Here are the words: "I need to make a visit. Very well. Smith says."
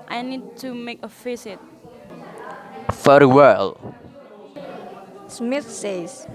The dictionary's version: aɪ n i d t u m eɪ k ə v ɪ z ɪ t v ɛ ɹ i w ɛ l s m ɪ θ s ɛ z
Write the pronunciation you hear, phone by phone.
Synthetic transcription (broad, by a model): aɪ n i d t u m eɪ k ə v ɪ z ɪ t f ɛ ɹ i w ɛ l s m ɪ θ s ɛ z